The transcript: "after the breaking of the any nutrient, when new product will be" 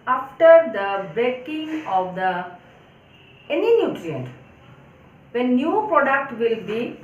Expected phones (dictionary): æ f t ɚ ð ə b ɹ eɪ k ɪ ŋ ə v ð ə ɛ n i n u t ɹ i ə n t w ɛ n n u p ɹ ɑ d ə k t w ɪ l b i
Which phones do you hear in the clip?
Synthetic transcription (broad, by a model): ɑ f t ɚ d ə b eɪ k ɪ ŋ ə v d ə ɛ n i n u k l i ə n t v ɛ n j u p ɹ ɑ d ə k t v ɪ l b i